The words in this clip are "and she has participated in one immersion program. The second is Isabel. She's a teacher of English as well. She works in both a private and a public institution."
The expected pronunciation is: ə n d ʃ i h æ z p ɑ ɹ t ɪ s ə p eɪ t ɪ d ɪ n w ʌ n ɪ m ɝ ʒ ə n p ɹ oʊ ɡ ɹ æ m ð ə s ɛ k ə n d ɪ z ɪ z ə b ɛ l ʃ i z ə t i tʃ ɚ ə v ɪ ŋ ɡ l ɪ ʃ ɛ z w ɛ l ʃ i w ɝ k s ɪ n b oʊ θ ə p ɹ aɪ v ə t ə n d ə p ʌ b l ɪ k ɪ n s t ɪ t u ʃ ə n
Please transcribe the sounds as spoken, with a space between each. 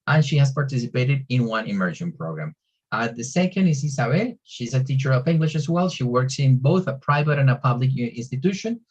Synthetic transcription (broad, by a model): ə n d ʃ i h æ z p ɑ ɹ t ɪ s ə p eɪ t ɪ d ɪ n w ʌ n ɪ m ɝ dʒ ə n p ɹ oʊ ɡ ɹ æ m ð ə s ɛ k ə n d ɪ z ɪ s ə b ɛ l ʃ i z ə t i tʃ ɚ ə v ɪ ŋ ɡ l ɪ ʃ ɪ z w ɛ l ʃ i w ɝ k s ɪ n b oʊ θ ə p ɹ aɪ v ə t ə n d ə p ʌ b l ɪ k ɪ n s t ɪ t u ʃ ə n